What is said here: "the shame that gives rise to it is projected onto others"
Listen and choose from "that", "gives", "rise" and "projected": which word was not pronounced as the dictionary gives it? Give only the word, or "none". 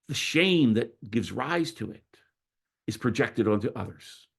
none